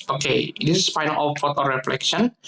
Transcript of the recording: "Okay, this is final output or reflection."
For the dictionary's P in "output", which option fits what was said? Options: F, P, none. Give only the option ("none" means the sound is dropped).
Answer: F